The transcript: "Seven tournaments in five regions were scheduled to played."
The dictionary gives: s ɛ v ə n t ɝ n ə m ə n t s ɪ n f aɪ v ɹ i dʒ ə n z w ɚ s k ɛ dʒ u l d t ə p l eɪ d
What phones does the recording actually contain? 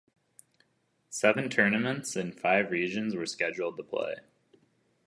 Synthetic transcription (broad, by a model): s ɛ v ə n t ɝ n ə m ə n t s ɪ n f aɪ v ɹ i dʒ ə n z w ɚ s k ɛ dʒ u l d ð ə p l eɪ